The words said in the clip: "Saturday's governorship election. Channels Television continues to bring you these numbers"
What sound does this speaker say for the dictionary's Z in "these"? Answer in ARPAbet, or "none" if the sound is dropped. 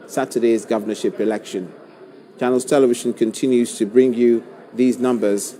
Z